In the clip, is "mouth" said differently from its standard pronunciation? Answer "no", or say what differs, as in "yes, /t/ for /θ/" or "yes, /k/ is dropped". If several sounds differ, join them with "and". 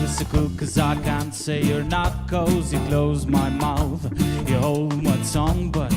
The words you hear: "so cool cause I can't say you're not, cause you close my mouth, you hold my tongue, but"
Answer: no